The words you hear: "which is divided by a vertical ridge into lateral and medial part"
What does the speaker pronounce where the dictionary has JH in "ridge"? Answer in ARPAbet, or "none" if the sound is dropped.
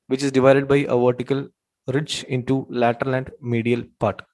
CH